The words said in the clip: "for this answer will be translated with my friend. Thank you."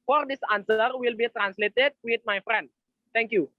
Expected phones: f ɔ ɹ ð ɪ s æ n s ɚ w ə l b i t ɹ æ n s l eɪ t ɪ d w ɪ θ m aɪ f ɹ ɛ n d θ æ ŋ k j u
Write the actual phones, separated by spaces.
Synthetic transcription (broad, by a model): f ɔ ɹ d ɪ s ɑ n s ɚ w ə l b i t ɹ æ n s l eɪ t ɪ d w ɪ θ m aɪ f ɹ ɛ n d t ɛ ŋ k j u